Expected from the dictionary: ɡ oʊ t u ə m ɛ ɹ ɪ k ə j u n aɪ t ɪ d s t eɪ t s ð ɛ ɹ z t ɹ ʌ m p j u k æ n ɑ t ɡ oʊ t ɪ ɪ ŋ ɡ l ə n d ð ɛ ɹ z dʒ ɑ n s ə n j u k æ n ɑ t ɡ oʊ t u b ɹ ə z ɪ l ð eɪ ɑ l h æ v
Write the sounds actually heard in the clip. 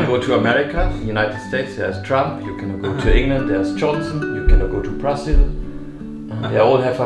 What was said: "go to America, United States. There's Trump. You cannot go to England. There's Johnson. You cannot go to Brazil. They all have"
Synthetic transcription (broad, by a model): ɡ oʊ t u ə m ɛ ɹ ɪ k ə j u n aɪ t ɪ d s t eɪ t s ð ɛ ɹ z t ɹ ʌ m p j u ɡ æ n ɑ ɡ oʊ t ɪ ɪ ŋ ɡ l ə n d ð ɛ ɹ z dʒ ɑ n s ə n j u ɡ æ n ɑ ɡ oʊ t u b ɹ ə s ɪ l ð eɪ ɑ l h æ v